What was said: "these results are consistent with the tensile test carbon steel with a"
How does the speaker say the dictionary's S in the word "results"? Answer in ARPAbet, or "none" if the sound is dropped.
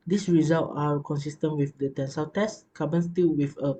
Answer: none